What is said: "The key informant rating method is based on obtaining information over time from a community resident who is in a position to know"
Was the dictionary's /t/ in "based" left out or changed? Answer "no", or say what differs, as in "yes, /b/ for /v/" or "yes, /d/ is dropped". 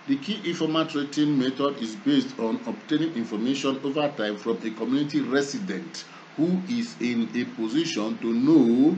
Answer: no